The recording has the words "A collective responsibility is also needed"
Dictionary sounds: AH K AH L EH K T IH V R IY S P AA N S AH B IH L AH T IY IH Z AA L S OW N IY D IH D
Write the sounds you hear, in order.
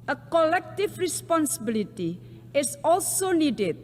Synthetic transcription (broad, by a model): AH K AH L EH K T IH F R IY S P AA N S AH B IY L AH T IY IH S AA L S OW N IY D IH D